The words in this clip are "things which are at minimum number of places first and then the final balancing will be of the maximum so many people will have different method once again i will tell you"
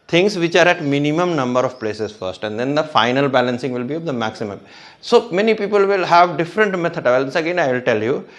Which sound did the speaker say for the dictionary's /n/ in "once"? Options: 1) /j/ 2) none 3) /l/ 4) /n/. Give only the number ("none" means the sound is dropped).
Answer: 3